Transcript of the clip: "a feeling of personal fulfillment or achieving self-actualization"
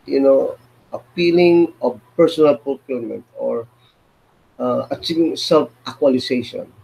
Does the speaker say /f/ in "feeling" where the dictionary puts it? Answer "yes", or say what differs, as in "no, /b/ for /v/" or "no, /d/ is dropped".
no, /p/ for /f/